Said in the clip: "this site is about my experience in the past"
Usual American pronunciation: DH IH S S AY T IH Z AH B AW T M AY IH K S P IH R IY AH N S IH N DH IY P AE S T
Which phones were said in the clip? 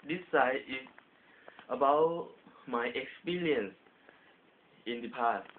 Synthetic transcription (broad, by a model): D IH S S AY IH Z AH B AW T M AY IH K S P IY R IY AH N S IH N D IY P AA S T